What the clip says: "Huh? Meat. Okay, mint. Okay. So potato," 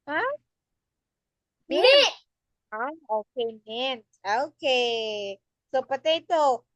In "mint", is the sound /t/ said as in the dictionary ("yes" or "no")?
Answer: no